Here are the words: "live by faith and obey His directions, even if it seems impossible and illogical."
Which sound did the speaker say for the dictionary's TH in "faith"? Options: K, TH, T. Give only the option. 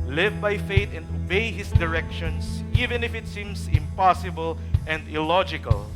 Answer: T